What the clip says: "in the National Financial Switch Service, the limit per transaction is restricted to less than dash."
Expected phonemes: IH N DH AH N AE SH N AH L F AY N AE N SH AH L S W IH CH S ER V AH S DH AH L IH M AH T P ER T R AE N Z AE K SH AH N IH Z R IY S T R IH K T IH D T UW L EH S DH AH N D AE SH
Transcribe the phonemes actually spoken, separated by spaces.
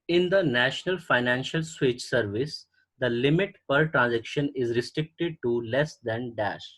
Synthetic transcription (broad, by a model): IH N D AH N AE SH N AH L F AY N AE N SH AH L S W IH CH S ER V AH S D AH L IH M AH T P ER T R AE N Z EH K SH AH N IH Z R IY S T R IH K T IH D T UW L EH S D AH N D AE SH